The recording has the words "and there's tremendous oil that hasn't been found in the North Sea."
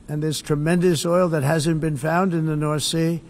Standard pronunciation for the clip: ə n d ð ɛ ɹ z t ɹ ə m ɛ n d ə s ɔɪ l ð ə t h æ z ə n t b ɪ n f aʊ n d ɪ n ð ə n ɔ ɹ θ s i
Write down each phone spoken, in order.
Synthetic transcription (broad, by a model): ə n ð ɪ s t ɹ ə m ɛ n d ə s ɔɪ l ð ə t h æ z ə n b ɪ n f aʊ n d ɪ n ð ə n ɔ ɹ θ s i